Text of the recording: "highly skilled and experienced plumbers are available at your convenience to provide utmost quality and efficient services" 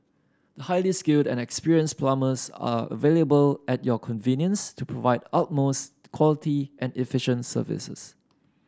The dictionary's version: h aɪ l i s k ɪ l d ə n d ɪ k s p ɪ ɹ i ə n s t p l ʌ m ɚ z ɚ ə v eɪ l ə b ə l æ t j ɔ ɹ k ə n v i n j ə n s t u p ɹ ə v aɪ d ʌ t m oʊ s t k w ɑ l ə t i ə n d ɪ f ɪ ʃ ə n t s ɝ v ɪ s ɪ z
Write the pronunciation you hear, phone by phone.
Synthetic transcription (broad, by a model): h aɪ l i s k ɪ l d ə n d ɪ k s p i ɹ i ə n s p l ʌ m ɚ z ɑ ə v eɪ l ə b ə l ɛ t j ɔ k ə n v i n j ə n s t u p ɹ ə v aɪ d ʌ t m oʊ s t k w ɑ l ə t i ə n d ɪ f ɪ ʃ ə n t s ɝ v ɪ s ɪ s